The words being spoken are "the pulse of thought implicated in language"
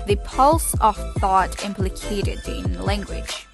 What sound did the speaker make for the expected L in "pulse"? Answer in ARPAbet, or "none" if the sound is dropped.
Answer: L